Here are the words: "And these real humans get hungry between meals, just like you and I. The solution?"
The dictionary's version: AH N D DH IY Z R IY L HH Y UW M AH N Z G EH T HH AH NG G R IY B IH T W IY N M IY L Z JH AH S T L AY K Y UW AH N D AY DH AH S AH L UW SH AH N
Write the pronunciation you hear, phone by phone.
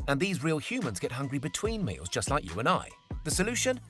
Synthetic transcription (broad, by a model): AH N DH IY Z R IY L HH Y UW M AH N Z G EH T HH AH NG G R IY B IH T W IY N M IY L Z JH AH S T L AY K Y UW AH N AY DH AH S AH L UW SH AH N